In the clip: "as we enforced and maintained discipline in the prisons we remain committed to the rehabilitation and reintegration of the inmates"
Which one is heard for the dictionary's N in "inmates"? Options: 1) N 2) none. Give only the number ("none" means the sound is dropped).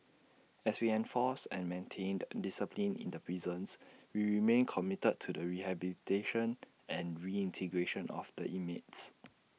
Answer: 2